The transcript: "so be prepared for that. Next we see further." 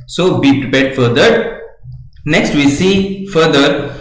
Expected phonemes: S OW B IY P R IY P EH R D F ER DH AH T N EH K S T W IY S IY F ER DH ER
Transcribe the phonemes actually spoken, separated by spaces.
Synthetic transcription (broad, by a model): S OW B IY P R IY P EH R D F ER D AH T N EH K S T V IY S IY F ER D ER